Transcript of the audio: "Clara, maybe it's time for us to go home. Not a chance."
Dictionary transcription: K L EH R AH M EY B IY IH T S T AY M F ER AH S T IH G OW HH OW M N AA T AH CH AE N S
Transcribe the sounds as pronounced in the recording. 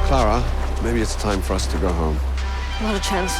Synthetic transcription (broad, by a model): K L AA R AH M EY B IY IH T S T AY M F ER AH S T IH G OW HH OW M L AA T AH CH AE N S